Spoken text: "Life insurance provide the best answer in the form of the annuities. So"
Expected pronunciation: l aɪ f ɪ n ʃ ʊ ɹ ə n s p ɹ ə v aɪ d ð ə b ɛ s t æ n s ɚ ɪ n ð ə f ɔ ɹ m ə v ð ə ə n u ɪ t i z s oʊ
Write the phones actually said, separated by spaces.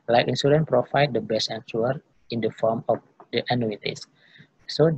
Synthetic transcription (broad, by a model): l aɪ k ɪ n s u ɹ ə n p ɹ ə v aɪ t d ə b ɛ s t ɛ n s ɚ ɪ n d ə f ɔ ɹ m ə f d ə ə n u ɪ t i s s oʊ